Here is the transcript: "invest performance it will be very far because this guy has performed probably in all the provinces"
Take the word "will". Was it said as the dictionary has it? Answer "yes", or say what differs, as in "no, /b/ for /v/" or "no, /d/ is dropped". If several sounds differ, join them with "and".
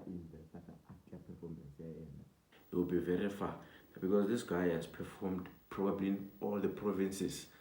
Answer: no, /n/ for /l/